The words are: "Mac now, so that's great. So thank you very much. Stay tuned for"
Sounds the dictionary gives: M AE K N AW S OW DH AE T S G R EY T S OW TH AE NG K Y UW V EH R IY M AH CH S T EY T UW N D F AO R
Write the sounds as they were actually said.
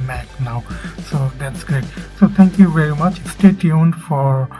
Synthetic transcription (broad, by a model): M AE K N AW S OW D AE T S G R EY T S OW T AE NG K Y UW V EH R IY M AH CH S T EY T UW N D F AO R